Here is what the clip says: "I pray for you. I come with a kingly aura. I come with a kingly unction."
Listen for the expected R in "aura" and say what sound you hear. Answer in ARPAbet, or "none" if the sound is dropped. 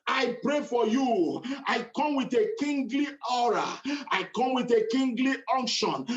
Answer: R